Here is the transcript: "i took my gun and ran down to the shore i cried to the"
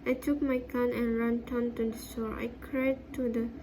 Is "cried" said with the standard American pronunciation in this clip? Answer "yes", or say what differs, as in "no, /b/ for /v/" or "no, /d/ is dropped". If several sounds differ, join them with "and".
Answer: yes